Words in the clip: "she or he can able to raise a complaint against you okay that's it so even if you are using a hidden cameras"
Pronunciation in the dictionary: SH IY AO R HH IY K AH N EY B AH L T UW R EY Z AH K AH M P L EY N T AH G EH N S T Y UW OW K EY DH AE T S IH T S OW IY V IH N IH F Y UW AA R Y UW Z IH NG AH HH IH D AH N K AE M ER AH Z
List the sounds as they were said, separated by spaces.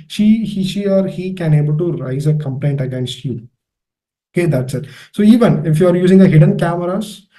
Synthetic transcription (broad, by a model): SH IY AO R HH IY K AH N EY B AH L T UW R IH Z AH K AH M P L EY N T AH G EH N S T Y UW OW K EY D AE T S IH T S OW IY V IH N IH F Y UW AA R Y UW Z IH NG AH HH IH D AH N K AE M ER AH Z